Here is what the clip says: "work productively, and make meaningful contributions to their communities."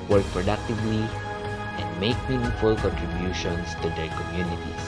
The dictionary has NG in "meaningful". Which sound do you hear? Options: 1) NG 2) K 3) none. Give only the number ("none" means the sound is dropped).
3